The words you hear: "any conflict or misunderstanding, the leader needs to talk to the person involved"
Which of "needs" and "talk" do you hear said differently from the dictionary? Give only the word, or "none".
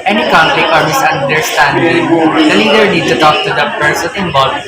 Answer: needs